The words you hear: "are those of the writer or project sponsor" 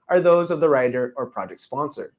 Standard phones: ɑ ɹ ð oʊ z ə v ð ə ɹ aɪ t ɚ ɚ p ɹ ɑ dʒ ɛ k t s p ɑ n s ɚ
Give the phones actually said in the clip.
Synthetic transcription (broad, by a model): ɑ ɹ ð oʊ z ə v ð ə ɹ aɪ t ɚ ɚ p ɹ ɑ dʒ ɛ k t s p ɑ n s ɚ